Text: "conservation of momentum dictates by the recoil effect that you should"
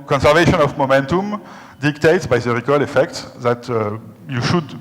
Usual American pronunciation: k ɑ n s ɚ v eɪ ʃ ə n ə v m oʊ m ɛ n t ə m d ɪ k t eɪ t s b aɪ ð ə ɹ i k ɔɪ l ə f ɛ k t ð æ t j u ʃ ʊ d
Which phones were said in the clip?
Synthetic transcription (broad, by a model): k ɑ n s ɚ v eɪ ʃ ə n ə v m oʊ m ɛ n t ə m d ɪ k t eɪ t s b aɪ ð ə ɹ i k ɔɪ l ə f ɛ k t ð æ t j u ʃ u d